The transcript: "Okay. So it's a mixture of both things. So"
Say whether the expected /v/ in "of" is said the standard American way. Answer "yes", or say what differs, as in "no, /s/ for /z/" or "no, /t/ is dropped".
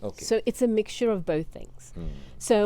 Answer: yes